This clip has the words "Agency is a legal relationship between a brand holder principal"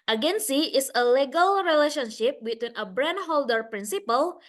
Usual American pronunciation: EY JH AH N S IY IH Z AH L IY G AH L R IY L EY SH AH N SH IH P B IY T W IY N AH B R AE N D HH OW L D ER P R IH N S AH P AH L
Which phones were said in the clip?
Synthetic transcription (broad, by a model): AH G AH N S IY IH S AH L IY G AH L R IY L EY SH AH N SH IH P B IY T W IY N AH B R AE N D HH OW L D ER P R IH N S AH P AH L